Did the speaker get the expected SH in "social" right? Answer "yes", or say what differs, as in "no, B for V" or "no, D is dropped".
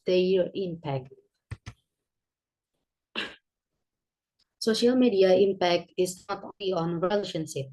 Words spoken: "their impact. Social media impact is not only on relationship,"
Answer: yes